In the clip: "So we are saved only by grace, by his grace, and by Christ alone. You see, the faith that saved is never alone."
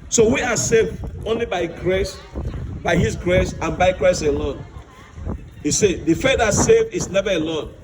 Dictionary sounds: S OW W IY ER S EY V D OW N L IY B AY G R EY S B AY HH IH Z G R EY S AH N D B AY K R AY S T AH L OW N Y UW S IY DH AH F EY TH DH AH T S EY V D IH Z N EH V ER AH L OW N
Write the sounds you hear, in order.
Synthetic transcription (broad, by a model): S OW W IY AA S EY V D OW N L IY B AY G R EY S B AY HH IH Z G R EY S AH N B AY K R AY S AH L OW N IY S IY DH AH F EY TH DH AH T S EY V D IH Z N EH V ER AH L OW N